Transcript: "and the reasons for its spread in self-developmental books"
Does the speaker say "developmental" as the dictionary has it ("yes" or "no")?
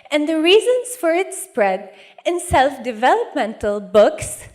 yes